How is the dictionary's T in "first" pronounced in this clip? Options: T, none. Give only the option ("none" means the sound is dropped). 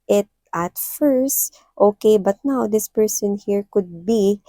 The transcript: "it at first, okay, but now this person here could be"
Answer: T